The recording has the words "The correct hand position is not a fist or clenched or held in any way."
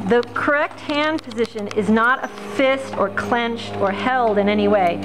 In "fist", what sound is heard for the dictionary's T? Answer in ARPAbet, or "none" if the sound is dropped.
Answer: T